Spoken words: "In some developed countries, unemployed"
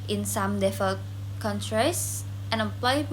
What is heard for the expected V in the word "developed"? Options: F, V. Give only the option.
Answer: F